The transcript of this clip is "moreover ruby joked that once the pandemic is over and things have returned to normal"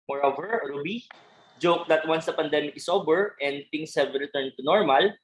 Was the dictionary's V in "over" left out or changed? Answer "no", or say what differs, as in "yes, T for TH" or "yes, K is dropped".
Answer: yes, B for V